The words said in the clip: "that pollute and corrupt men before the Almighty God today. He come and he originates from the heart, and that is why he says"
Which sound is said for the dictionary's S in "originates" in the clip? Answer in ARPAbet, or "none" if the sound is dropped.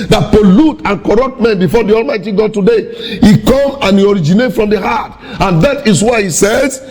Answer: none